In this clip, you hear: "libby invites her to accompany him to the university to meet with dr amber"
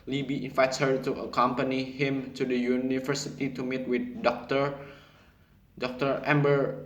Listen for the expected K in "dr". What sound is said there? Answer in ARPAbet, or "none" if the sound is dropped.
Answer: K